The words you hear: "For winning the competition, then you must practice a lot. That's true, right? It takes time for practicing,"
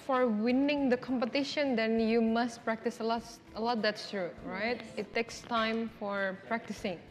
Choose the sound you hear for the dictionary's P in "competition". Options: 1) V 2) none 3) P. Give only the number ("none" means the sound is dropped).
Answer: 3